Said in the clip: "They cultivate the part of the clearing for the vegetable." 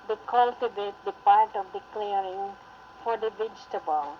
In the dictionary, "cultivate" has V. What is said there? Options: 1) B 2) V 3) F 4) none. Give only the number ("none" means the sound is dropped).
1